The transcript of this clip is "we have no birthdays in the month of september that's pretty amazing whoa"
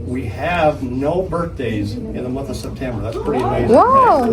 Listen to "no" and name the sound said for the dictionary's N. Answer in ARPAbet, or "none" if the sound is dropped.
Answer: N